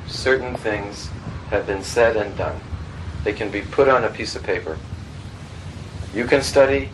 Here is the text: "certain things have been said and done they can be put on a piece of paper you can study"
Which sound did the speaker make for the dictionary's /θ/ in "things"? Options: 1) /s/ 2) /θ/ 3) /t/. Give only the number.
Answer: 2